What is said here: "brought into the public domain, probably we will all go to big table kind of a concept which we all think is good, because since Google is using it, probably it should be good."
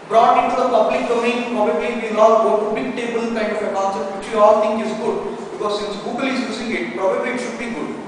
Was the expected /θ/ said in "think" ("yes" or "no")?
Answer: no